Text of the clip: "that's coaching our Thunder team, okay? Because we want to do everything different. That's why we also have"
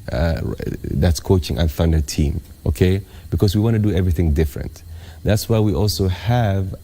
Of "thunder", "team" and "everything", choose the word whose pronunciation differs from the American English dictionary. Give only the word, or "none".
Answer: none